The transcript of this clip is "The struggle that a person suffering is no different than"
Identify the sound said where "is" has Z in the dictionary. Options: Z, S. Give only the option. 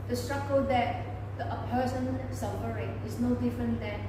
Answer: S